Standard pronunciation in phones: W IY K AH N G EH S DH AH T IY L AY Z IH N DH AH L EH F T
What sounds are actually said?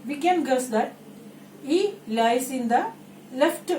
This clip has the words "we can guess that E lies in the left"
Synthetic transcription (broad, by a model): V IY K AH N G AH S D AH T IY L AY S IH N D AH L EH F T